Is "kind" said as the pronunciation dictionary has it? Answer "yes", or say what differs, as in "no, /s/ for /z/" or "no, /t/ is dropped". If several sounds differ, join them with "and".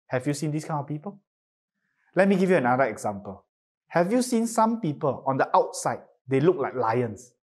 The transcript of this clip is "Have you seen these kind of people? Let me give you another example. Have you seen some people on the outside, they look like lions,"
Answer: no, /d/ is dropped